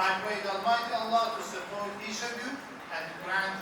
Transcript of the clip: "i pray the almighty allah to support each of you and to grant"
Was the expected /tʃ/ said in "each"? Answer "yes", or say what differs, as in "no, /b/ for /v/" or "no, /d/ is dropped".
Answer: no, /ʃ/ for /tʃ/